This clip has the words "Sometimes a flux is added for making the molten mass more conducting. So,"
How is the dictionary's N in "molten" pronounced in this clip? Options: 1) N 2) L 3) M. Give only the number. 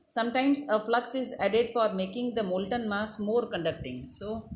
1